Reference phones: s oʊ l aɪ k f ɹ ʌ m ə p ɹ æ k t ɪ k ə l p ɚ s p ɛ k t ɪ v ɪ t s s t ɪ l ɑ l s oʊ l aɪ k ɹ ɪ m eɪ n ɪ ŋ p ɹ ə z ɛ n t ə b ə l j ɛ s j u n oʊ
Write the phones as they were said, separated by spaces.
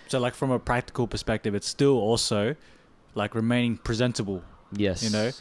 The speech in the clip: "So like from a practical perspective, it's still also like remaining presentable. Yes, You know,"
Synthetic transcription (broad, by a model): s oʊ l aɪ k f ɹ ʌ m ə p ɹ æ k t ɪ k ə l p ɚ s p ɛ k t ɪ v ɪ t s s t ɪ l ɑ l s oʊ l aɪ k ɹ ɪ m eɪ n ɪ ŋ p ɹ ə z ɛ n t ə b ə l j ɛ s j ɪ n oʊ